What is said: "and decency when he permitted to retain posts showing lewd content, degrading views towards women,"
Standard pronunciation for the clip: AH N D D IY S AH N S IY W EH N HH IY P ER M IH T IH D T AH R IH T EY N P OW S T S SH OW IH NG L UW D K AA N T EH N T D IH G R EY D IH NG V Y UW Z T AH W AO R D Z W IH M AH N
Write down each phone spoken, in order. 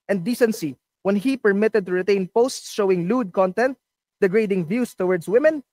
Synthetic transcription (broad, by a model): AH N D D IY S AH N S IY W EH N HH IY P ER M IH T IH D T AH R IH T EY N P OW S T S SH OW IH NG L UW D K AA N T EH N T D IH G R EY D IH NG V Y UW S T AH W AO R D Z W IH M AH N